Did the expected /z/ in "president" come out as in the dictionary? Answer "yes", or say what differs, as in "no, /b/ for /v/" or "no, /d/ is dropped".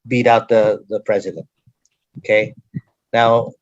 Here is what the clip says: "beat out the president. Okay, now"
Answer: yes